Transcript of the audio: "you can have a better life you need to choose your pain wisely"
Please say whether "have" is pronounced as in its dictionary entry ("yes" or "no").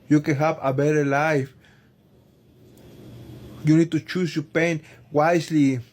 no